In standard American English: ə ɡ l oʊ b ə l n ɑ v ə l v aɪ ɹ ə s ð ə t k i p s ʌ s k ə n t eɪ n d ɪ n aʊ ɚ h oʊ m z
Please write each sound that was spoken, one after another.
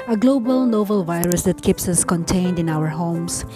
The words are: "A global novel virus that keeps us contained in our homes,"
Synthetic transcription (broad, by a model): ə ɡ l oʊ b ə l n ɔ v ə l v aɪ ɹ ə s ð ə t k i p s ʌ s k ə n t eɪ n d ɪ n aʊ ɚ h oʊ m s